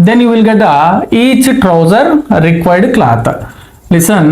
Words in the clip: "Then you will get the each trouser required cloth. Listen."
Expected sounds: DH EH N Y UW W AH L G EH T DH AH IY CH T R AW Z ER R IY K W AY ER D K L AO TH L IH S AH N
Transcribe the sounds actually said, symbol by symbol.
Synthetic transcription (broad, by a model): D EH N Y UW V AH L G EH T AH IY CH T R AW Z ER R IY K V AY D K L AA T L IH S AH N